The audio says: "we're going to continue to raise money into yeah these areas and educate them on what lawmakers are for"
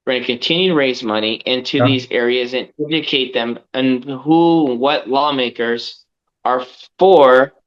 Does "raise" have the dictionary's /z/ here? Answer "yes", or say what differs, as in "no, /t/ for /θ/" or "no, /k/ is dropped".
yes